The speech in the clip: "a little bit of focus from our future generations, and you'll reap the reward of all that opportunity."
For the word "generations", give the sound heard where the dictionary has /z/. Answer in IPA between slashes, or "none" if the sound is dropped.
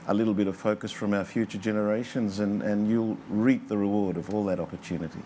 /z/